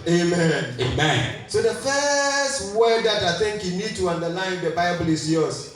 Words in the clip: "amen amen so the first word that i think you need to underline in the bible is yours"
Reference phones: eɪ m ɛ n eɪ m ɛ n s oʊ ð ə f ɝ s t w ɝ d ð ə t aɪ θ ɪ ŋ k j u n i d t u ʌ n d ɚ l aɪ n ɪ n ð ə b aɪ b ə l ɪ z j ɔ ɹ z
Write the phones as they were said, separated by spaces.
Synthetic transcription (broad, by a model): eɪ m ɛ n eɪ m ɛ n s oʊ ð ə f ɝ s t w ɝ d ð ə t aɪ θ ɪ ŋ k j u n i d t u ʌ n d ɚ l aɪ ɪ n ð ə b aɪ b ə l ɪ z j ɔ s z